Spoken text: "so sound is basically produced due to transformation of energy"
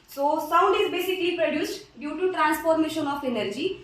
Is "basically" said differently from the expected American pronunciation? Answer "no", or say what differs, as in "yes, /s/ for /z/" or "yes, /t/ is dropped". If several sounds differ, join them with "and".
no